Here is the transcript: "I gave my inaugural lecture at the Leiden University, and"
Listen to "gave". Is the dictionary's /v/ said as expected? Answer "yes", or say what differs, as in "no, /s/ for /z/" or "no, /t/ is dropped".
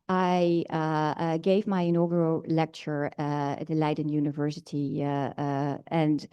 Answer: yes